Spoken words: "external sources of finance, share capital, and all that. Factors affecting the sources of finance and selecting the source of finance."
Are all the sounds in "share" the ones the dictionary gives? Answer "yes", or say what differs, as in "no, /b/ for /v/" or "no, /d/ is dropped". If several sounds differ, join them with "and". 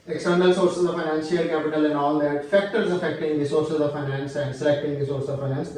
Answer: no, /l/ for /ɹ/